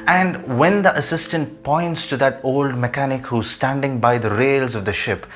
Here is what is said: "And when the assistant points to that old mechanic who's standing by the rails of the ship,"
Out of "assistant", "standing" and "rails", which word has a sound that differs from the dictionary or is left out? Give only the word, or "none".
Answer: none